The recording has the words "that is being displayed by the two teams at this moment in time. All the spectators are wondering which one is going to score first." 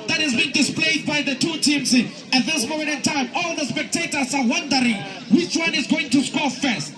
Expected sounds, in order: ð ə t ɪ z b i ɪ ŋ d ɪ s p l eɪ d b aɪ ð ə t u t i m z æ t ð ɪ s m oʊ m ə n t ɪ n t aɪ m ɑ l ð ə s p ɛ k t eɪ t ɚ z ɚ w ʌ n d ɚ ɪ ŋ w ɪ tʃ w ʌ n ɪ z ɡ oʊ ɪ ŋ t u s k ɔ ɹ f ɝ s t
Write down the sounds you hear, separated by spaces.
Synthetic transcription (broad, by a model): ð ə t ɪ z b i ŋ d ɪ s p l eɪ d b aɪ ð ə t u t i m s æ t ð ɪ s m oʊ m ə n t ɪ n t aɪ m ɑ l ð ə s p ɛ k t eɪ t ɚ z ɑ w ʌ n d ɚ ɪ ŋ w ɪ tʃ w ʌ n ɪ z ɡ oʊ ɪ ŋ t u s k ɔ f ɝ s t